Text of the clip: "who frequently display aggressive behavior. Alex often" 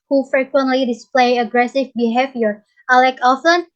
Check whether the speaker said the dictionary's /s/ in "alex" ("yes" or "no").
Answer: no